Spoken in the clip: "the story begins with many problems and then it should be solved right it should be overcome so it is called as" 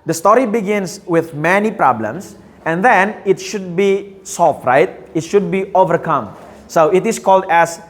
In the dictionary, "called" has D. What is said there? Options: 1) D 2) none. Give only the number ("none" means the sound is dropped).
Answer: 1